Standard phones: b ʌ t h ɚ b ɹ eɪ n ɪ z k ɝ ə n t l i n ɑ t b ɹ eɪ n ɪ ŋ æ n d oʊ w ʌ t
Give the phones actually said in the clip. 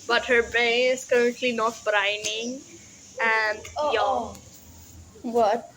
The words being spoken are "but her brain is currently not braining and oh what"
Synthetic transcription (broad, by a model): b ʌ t h ɚ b eɪ ɪ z k ɝ ə n t l i n ɑ t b ɹ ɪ n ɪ ŋ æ n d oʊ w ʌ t